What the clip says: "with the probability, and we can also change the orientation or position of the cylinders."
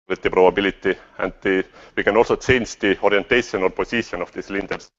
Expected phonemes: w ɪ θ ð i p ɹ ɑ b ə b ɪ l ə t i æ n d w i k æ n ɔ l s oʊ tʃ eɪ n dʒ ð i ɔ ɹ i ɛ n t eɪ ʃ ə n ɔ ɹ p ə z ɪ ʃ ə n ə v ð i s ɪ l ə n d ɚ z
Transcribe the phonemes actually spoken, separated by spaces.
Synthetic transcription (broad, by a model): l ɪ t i p ɹ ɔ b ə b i l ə t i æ n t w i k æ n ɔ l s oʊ s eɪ n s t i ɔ ɹ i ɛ n t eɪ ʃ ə n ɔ l p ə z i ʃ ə n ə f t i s l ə n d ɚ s